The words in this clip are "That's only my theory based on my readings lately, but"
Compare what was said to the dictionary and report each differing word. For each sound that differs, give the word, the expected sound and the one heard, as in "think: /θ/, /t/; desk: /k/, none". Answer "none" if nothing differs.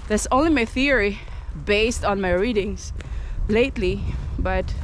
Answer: readings: /z/, /s/